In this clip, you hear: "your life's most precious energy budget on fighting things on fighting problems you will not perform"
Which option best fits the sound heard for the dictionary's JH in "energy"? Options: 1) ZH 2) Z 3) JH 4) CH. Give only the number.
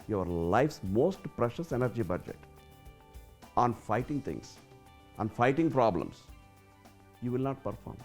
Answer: 3